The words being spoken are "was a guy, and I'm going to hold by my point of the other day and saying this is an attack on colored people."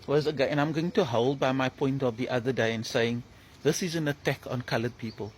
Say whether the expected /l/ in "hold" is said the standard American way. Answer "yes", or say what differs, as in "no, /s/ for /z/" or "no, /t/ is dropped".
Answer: yes